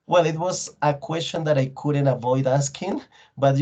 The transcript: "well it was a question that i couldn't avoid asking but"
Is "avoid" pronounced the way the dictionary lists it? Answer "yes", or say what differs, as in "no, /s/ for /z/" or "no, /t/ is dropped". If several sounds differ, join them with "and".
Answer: yes